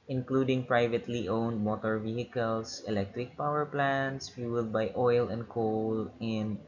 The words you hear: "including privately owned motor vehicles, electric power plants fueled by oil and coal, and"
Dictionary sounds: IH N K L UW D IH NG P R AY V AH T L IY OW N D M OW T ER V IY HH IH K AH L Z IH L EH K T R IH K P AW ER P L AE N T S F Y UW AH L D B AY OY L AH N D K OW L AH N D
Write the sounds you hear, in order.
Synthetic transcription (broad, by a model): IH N K L UW D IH NG P R AY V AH T L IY OW N D M OW T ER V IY HH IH K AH L S IH L EH K T R IH K P AW ER P L AE N T S F Y UW L D B AY OY L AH N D K OW L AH N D